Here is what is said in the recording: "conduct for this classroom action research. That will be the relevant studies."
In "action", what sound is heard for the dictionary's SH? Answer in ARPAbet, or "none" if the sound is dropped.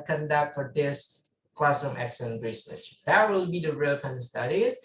S